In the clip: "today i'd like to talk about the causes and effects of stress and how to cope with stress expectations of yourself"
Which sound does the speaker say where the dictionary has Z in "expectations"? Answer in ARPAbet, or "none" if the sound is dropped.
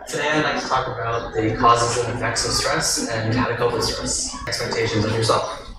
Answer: Z